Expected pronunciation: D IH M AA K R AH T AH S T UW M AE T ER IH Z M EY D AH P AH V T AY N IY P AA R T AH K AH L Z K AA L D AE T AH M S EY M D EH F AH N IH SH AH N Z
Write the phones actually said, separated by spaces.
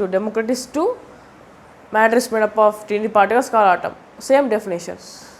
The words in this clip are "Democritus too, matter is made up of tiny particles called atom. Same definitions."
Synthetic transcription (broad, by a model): D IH M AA K R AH T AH S T UW M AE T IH S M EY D AH P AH F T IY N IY P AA R T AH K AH L S K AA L AA T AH M S EY M D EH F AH N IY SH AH N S